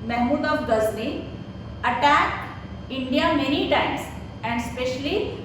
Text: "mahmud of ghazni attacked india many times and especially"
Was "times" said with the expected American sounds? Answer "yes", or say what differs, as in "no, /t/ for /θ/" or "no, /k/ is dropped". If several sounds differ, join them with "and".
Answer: no, /s/ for /z/